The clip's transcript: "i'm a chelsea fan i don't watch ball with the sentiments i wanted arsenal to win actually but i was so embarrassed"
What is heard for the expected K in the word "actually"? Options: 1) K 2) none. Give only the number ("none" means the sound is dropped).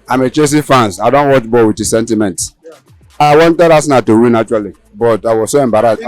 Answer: 2